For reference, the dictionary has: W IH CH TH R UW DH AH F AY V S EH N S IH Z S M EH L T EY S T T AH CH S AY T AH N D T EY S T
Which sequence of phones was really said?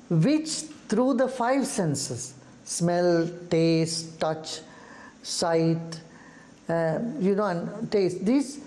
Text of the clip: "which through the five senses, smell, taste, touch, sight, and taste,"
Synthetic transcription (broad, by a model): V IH CH T R UW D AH F AY V S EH N S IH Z S M EH L T EY S T T AH CH S AY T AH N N T EY S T